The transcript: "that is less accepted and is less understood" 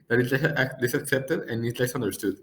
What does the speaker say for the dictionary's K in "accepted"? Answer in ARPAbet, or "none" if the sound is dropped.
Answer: K